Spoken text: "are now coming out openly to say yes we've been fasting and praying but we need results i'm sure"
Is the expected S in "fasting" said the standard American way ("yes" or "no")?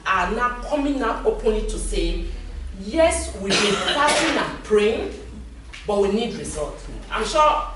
no